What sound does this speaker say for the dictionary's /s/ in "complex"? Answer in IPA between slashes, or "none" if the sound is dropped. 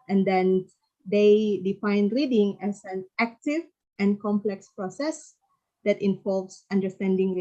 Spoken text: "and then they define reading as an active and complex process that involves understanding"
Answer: /s/